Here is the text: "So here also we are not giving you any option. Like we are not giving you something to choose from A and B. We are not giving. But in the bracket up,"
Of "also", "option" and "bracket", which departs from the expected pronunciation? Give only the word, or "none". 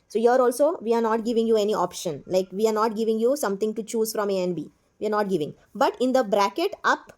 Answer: none